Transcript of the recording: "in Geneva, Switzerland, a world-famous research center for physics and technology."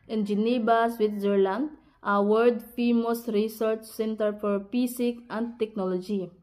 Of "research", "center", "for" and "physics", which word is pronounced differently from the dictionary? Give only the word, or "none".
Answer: physics